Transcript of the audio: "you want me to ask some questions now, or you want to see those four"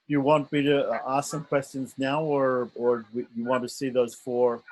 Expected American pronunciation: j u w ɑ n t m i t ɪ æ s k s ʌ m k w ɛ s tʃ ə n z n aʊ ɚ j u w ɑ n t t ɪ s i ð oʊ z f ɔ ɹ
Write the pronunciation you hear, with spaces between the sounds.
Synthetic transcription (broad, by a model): j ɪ w ɑ n t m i t ɪ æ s s ʌ m k w ɛ s tʃ ə n z n aʊ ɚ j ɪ w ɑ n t t ɪ s i ð oʊ z f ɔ ɹ